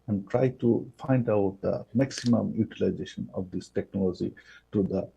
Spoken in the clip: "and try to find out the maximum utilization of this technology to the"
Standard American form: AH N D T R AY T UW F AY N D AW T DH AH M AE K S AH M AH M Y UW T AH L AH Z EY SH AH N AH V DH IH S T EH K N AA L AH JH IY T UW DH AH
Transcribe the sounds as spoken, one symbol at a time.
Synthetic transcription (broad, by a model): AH N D T R AY T UW F AY N D AW T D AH M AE K S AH M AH M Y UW T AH L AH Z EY SH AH N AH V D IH S T EH K N AA L AH JH IY T UW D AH